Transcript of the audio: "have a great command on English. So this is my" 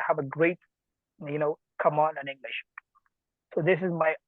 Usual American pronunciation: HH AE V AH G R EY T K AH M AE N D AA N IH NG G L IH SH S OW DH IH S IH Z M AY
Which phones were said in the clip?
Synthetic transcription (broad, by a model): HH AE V AH G R EY T K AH M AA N IH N IH NG G L IH SH S OW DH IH S IH Z M AY